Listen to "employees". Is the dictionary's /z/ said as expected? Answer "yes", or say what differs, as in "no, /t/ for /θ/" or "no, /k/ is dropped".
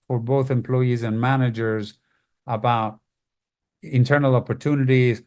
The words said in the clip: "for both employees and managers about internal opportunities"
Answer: yes